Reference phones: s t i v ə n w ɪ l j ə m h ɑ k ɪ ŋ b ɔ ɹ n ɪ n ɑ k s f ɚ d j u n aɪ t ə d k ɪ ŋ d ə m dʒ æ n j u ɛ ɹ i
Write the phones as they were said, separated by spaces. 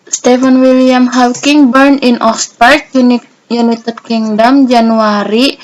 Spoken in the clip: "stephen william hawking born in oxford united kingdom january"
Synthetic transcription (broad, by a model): s t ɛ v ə n w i l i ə m h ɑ k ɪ ŋ b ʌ ɹ n ɪ n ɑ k s p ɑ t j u n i t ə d k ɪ ŋ d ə m dʒ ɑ n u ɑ ɹ i